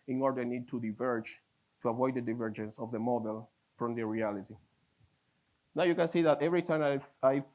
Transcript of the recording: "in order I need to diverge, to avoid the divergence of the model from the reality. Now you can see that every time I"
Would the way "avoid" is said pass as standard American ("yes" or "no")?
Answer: yes